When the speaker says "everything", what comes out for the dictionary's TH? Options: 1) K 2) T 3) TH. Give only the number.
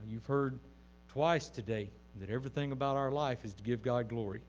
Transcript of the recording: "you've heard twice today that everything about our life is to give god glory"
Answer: 3